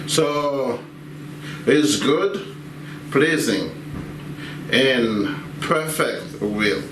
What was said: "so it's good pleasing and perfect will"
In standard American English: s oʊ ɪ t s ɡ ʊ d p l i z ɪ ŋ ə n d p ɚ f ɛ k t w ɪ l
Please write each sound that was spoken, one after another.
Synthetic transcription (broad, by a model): s oʊ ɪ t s ɡ ʊ d p l i z ɪ ŋ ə n p ɚ f ɛ k t w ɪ l